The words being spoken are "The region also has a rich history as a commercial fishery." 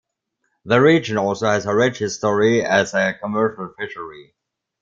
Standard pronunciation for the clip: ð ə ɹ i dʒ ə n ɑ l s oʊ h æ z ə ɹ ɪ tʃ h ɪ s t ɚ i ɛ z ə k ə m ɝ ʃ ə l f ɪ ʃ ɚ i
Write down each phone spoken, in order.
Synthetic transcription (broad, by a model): ð ə ɹ i dʒ ə n ɑ l s oʊ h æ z ə ɹ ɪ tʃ h ɪ s t ɚ i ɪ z ə k ə m ɝ ʃ ə l f ɪ ʃ ɚ i